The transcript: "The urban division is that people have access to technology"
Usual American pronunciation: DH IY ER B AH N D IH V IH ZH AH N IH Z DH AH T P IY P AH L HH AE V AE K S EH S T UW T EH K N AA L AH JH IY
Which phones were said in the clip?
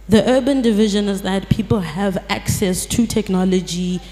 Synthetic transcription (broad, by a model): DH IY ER B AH N D IH V IH ZH AH N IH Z DH AH T P IY P AH L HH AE V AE K S EH S T UW T EH K N AA L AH JH IY